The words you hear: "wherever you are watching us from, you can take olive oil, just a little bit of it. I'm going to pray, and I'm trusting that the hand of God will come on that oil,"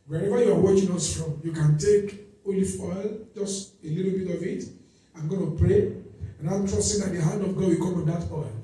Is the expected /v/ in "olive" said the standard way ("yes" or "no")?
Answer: no